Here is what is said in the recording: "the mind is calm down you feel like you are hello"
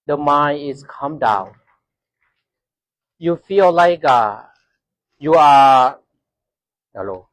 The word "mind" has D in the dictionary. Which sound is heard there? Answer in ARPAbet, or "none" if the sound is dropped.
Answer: none